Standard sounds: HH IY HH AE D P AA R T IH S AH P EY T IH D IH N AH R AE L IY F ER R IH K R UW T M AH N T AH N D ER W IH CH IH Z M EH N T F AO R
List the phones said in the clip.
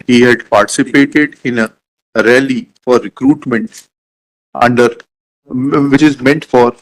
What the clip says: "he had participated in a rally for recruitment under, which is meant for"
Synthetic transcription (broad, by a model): HH IY HH AE D P AA R T IH S AH P EY T IH D IH N AH R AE L IY F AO R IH K R UW T M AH N T AH N D ER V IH CH IH Z M EH N T F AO R